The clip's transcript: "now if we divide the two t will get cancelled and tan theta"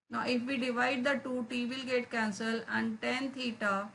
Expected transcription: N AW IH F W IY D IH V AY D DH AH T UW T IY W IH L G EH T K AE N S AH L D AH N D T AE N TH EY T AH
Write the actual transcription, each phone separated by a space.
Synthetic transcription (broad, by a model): N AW IH F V IY D IH V AY D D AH T UW T IY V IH L G EH T K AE N S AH L AH N D T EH N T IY T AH